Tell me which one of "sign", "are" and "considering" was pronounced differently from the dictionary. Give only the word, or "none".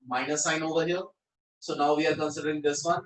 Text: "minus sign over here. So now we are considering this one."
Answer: none